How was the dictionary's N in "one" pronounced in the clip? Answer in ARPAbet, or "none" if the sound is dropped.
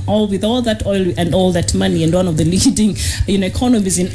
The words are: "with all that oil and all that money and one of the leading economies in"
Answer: N